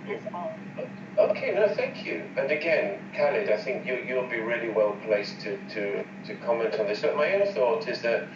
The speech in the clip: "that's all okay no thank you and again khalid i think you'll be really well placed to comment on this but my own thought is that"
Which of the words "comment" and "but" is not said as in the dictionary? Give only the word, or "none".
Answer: none